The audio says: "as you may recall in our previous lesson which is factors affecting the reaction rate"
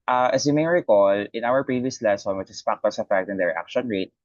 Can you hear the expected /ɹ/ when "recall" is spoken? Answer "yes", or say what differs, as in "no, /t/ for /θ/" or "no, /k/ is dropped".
yes